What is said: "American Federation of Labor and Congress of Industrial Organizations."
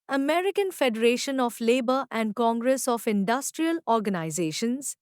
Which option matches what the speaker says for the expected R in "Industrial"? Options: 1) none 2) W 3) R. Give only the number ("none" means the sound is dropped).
3